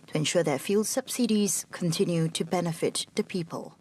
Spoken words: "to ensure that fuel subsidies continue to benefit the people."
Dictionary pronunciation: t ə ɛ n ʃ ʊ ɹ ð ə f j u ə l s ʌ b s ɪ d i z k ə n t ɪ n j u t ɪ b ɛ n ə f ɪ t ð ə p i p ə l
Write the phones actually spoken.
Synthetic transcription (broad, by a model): t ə ɛ n ʃ ʊ ɹ ð ə f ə l s ʌ b s ɪ d i z k ə n t ɪ n j u t ɪ b ɛ n ə f ɪ t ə p i p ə l